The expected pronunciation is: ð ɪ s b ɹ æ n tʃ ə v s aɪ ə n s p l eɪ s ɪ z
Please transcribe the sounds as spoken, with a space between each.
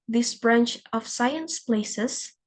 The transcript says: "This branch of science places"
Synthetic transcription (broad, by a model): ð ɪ s b ɹ æ n tʃ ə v s aɪ ə n s p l eɪ s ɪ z